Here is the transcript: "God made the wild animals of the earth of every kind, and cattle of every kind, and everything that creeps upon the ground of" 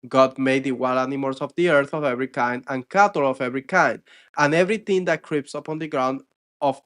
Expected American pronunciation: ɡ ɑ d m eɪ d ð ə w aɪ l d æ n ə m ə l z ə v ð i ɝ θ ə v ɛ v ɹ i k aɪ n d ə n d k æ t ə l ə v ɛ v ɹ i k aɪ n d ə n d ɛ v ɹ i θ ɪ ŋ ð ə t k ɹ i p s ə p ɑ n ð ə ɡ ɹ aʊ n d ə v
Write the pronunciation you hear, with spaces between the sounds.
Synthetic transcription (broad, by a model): ɡ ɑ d m eɪ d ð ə w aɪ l ɑ n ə m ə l s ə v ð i ɝ θ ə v ɛ v ɹ i k aɪ n d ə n k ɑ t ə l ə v ɛ v ɹ i k aɪ n d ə n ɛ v ɹ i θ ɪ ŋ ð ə t k ɹ i p s ə p ɑ n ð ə ɡ ɹ aʊ n d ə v